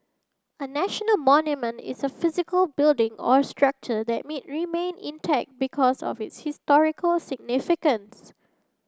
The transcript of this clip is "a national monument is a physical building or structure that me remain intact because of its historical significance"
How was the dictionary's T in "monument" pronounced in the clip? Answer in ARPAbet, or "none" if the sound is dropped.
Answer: T